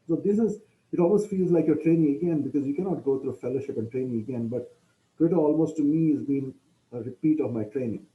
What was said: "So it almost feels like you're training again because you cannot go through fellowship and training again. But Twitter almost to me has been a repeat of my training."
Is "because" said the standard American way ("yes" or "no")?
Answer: yes